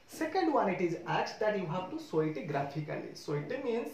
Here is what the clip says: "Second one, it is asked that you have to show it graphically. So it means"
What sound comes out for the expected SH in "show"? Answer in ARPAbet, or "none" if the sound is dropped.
S